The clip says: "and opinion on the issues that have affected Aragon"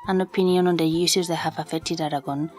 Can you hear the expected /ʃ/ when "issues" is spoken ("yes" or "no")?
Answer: no